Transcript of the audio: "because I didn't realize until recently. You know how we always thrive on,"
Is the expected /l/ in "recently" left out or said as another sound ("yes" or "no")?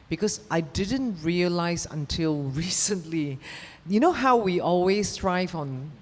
no